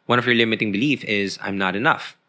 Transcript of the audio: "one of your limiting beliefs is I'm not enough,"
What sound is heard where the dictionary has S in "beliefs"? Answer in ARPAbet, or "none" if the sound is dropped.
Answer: none